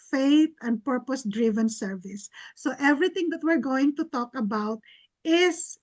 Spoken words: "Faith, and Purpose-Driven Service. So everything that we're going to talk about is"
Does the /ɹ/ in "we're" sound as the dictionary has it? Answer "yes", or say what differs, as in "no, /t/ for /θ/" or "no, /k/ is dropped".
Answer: yes